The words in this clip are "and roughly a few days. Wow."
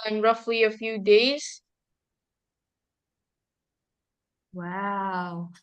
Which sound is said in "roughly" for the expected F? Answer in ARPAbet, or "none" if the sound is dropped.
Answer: F